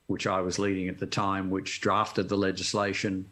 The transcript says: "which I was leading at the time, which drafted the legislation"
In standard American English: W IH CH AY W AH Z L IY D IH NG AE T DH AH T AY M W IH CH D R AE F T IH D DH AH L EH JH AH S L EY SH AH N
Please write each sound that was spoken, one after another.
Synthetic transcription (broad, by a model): W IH CH AY W AH Z L IY D IH NG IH T DH AH T AY M W IH CH D R AE F T IH D DH AH L EH JH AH S L EY SH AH N